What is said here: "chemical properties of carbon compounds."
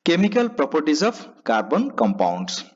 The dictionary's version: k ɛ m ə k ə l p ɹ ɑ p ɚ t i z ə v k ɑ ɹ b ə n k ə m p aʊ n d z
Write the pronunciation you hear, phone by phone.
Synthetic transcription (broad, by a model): k ɛ m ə k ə l p ɹ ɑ p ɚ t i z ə p k ɑ ɹ b ə n k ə m p aʊ n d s